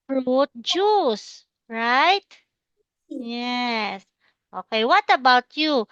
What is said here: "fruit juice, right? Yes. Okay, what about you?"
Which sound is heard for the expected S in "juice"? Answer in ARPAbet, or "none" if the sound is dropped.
S